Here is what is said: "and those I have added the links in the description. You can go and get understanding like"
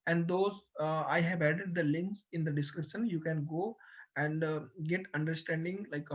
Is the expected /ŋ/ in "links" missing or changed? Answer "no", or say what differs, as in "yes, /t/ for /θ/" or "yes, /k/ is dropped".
no